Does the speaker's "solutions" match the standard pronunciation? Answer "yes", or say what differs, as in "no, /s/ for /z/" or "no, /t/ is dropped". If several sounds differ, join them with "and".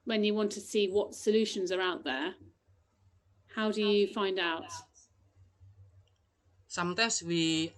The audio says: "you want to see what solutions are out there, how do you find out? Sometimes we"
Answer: yes